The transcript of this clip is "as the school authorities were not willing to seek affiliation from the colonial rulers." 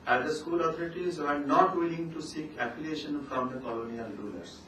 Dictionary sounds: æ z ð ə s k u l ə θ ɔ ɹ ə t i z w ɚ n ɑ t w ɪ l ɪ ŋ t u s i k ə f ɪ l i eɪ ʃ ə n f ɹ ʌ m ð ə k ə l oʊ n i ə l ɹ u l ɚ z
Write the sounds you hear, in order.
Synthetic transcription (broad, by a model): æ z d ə s k u l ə t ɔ ɹ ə t i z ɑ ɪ n ɑ t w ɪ l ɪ ŋ t u s i k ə p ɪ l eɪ ʃ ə n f ɹ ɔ m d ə k ə l oʊ n i ə l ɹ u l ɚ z